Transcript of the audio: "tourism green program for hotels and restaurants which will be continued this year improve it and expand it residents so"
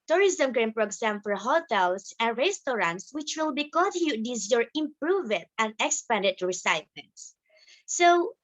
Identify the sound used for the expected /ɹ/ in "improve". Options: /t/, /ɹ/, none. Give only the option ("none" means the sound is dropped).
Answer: /ɹ/